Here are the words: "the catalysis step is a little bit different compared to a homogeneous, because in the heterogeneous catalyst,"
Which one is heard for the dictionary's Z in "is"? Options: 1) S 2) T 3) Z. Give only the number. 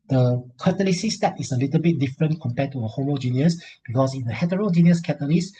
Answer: 1